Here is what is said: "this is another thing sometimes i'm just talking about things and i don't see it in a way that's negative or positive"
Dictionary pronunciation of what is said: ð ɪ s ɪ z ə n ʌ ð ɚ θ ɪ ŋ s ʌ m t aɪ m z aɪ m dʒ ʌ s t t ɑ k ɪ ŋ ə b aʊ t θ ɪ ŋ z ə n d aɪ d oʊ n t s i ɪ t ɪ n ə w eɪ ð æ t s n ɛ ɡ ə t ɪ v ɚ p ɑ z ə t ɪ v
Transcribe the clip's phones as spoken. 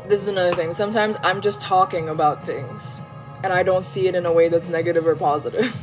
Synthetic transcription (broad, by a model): ð ɪ s ɪ z ə n ʌ ð ɚ θ ɪ ŋ s ʌ m t aɪ m z aɪ m dʒ ʌ s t t ɑ k ɪ ŋ ə b aʊ t θ ɪ ŋ z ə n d aɪ d oʊ n t s i ɪ t ɪ n ə w eɪ ð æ t s n ɛ ɡ ə t ɪ v ɚ p ɑ z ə t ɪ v